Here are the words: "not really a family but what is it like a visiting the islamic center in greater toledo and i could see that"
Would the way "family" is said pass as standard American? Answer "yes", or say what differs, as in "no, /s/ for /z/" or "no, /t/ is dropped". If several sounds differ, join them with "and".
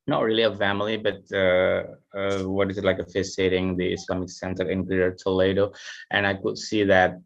yes